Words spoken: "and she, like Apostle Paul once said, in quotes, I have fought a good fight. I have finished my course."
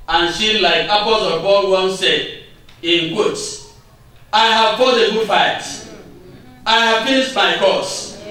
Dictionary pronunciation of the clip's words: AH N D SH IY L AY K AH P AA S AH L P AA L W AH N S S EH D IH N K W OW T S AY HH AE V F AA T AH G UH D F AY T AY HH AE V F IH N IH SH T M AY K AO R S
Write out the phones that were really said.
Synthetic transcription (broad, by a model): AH N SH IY L AY K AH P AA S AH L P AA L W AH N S S EH D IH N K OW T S AY HH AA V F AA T AH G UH F AY T AY HH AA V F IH S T M AY K AO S